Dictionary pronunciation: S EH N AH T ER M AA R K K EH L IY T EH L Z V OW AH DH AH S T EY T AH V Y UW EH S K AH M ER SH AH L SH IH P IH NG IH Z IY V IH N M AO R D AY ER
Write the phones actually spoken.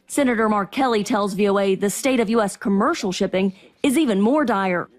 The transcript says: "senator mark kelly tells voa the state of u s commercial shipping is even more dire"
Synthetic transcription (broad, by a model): S EH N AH T ER M AA R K K EH L IY T EH L Z V OW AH DH AH S T EY T AH V Y UW EH S K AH M ER SH L SH IH P IH NG IH Z IY V IH N M AO R D AY ER